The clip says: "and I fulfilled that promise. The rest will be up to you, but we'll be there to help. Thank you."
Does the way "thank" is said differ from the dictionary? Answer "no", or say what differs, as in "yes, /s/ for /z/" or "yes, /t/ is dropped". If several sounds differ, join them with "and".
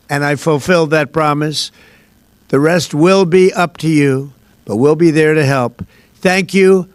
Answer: no